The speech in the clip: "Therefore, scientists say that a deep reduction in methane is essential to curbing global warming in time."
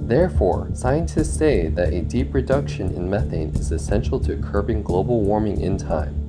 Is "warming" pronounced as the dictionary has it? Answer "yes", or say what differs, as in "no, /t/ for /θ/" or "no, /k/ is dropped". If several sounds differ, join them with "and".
yes